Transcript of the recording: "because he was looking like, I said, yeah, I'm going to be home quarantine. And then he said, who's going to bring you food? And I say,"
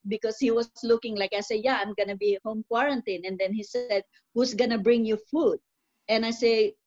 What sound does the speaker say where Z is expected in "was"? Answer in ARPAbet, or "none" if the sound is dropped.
S